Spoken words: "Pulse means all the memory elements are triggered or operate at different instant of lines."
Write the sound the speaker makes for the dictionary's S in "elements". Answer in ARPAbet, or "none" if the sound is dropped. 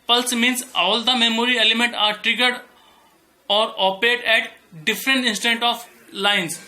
none